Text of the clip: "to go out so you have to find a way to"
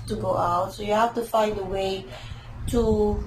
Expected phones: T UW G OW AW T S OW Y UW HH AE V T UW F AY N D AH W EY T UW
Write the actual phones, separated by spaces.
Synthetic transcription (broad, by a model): T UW G OW AW T S OW Y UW HH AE F T UW F AY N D AH W EY T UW